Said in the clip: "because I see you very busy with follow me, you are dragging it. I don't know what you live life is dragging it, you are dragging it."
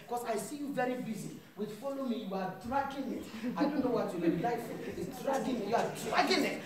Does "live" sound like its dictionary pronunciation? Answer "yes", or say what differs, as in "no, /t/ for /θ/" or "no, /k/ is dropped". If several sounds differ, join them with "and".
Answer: no, /p/ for /v/